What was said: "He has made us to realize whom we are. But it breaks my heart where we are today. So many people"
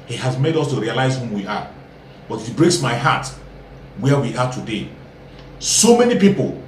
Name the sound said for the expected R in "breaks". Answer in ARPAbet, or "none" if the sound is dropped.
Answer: R